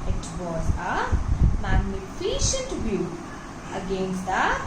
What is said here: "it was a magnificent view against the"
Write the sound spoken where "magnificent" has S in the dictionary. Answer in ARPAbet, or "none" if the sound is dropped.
SH